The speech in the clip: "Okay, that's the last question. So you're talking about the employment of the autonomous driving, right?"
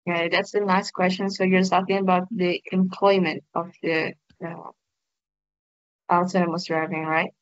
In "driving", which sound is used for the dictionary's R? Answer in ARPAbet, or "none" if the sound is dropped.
R